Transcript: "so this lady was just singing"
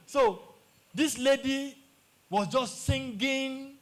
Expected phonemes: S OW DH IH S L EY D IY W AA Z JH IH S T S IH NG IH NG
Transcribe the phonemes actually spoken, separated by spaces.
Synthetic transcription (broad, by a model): S OW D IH S L EY D IY W AA S JH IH S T S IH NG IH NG